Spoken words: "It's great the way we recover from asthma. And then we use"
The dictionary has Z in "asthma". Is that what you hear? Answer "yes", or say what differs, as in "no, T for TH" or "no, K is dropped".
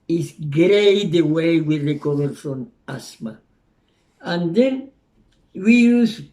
no, S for Z